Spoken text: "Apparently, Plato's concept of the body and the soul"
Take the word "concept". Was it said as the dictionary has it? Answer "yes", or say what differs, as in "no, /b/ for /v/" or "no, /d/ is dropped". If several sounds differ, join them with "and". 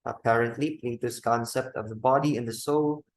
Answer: yes